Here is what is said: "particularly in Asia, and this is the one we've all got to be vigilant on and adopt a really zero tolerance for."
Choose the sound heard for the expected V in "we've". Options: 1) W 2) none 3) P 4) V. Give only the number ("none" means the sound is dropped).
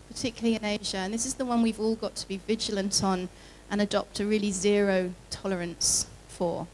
4